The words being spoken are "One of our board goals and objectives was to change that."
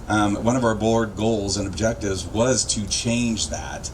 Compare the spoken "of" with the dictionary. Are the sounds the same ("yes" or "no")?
yes